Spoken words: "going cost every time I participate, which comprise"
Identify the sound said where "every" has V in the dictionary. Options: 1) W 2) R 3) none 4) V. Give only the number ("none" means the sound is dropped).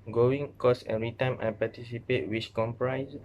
3